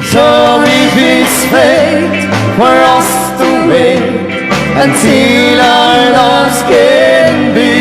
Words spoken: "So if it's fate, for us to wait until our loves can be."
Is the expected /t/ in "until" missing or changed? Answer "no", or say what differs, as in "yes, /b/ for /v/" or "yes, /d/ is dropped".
yes, /s/ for /t/